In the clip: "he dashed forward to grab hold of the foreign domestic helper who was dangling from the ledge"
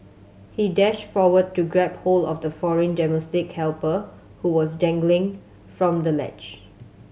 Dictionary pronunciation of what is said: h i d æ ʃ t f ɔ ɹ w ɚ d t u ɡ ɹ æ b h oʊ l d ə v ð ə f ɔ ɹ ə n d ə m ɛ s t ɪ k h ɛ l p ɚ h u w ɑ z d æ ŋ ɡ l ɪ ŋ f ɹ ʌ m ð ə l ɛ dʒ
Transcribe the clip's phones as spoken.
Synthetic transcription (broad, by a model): h i d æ ʃ t f ɔ w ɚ d t u ɡ ɹ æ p h oʊ l ə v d ə f ɔ ɹ ə n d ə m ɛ s t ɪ k h ɛ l p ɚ h u w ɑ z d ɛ ŋ ɡ l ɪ ŋ f ɹ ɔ m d ə l ɛ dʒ